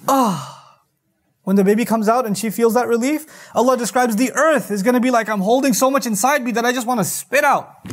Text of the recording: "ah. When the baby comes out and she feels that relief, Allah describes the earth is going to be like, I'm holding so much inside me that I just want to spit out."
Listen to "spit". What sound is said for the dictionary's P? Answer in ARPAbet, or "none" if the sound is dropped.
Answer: P